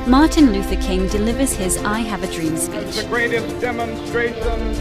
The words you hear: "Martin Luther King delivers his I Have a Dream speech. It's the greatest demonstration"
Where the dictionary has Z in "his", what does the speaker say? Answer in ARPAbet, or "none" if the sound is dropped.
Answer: Z